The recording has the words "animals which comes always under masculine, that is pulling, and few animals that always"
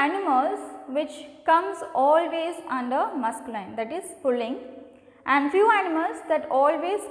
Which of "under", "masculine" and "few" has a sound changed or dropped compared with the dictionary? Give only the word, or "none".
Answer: masculine